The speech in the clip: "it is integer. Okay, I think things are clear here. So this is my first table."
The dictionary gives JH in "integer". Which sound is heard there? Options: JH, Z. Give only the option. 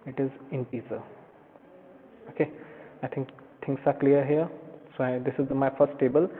Z